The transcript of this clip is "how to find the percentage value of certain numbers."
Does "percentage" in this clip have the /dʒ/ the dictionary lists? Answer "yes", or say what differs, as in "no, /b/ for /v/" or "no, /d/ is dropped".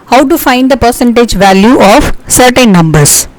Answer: yes